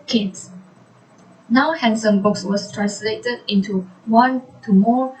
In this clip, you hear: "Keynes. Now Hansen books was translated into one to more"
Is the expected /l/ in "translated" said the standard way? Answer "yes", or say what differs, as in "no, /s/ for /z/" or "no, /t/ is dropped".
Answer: yes